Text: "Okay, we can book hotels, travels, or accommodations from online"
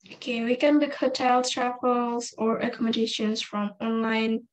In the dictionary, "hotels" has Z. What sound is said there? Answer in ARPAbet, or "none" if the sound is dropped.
none